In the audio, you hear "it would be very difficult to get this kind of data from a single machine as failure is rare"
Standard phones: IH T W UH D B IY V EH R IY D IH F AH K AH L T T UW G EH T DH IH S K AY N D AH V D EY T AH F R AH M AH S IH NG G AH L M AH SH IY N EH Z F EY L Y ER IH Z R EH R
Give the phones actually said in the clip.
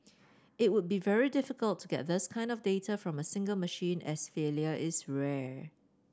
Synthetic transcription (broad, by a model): IH T W UH D B IY V EH R IY D IH F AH K AH L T T UW G EH T DH IH S K AY N D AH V D EY T AH F R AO M AH S IH NG G AH L M AH SH IY N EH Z F EY L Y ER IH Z R EH